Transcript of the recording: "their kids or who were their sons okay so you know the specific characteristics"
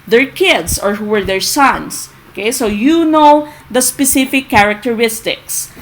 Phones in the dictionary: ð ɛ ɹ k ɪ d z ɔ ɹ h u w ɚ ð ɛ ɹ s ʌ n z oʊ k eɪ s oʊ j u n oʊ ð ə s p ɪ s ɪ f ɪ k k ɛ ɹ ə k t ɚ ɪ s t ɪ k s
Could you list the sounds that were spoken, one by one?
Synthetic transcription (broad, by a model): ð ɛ ɹ k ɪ d s ɔ ɹ h u w ɚ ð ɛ ɹ s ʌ n s oʊ k eɪ s oʊ j u n oʊ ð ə s p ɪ s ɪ f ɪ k k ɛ ɹ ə k t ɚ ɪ s t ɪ k s